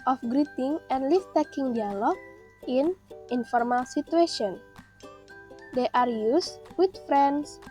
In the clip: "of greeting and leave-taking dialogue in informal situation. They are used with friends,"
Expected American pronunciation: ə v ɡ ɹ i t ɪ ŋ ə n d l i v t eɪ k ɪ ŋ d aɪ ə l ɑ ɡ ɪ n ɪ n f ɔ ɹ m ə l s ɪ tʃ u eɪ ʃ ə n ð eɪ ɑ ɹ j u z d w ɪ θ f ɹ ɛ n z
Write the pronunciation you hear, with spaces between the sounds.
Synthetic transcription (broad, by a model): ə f ɡ ɹ i t ɪ ŋ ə n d l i f t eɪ k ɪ ŋ d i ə l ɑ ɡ ɪ n ɪ n f ɔ ɹ m ə l s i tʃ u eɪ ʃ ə n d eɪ ɑ ɹ j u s w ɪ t f ɹ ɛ n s